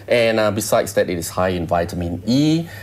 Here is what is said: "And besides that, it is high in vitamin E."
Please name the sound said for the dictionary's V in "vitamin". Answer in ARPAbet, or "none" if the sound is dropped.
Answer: V